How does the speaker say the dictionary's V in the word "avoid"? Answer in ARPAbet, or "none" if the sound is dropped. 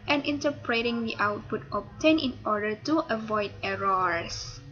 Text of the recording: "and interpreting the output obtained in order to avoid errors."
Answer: V